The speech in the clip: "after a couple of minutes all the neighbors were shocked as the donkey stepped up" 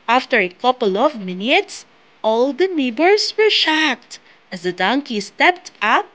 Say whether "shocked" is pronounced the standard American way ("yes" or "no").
yes